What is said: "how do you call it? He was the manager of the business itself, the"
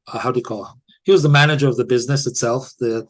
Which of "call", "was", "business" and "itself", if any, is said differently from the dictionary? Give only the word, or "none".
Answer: none